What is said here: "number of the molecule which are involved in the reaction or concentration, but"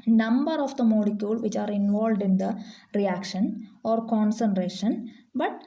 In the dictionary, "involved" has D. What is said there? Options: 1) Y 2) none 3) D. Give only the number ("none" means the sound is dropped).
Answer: 3